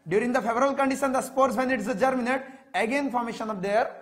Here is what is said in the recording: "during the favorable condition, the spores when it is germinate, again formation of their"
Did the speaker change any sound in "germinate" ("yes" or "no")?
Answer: no